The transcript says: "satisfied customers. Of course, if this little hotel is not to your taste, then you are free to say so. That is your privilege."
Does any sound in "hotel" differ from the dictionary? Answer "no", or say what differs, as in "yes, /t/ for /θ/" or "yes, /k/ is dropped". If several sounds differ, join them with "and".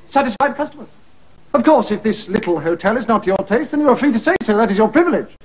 no